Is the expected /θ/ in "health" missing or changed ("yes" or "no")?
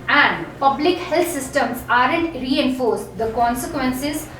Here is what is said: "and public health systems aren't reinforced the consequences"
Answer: yes